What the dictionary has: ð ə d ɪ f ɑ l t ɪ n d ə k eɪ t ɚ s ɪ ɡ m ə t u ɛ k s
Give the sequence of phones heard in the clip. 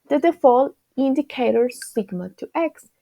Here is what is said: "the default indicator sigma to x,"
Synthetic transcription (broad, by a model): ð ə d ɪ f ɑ l ɪ n d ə k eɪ t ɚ s ɪ ɡ m ə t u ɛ k s